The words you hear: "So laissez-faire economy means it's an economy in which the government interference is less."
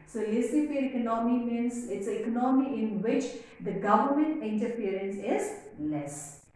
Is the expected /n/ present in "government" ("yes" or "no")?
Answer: yes